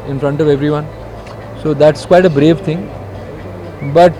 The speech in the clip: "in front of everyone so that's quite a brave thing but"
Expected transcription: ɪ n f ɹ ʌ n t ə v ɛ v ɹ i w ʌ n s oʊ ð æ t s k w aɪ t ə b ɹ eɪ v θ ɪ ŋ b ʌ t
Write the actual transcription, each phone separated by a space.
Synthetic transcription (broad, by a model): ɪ n f ɹ ʌ n t ə v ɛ v ɹ i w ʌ n s oʊ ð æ t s k w aɪ t ə b ɹ eɪ v t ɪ ŋ b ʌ t